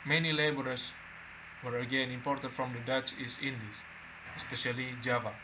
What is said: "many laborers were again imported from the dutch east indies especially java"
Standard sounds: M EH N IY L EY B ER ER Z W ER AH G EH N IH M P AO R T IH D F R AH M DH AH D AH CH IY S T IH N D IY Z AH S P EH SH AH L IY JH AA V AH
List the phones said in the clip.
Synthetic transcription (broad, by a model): M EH N IY L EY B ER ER S W ER AH G EH N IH M P AO R T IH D F R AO M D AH D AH CH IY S IH N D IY S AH S P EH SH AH L IY JH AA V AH